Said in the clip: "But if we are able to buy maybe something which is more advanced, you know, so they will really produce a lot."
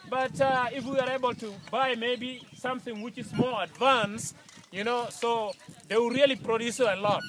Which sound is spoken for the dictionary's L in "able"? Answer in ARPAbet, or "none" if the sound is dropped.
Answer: L